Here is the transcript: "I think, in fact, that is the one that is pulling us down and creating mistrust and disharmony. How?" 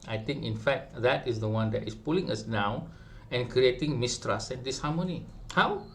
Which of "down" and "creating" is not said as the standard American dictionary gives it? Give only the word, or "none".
down